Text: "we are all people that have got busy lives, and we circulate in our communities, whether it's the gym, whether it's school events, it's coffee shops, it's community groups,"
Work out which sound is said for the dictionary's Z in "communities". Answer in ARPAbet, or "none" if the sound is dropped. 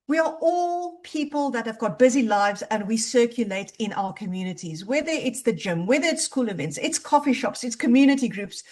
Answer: Z